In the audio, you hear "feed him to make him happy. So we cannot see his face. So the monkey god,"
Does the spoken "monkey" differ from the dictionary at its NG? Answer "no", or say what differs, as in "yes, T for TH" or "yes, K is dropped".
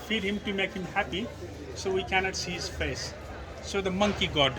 no